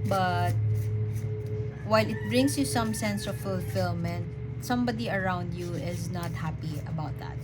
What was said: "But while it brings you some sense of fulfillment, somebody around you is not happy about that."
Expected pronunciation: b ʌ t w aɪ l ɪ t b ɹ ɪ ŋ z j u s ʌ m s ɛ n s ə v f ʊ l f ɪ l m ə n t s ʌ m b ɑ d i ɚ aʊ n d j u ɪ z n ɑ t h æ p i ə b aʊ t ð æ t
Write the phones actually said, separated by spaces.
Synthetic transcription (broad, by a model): b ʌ t w aɪ l ɪ t b ɹ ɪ ŋ s j u s ʌ m s ɛ n s ə v f ʊ l f ɪ l m ə n t s ʌ m b ɑ d i ɚ aʊ n d j u ɪ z n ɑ t h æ p i ə b aʊ t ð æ t